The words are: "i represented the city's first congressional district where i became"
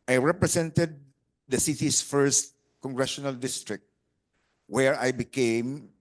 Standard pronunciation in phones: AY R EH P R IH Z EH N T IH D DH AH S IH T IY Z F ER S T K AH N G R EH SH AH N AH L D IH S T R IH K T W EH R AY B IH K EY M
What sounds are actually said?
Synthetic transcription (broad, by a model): AY R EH P R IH S EH N T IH D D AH S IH T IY S F ER S T K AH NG G R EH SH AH N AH L D IH S T R IH K T W EH R AY B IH K EY M